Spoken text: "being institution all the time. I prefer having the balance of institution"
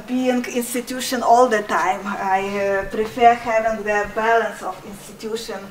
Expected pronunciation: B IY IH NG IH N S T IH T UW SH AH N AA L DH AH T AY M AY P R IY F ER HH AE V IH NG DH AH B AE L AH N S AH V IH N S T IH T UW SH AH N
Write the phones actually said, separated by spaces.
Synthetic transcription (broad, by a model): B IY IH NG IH N S T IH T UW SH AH N AA L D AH T AY M AY P R IY F ER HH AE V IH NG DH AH B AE L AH N S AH F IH N S T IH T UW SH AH N